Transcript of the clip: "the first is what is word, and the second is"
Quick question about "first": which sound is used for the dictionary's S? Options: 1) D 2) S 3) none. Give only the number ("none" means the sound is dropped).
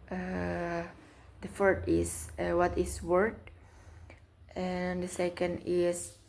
3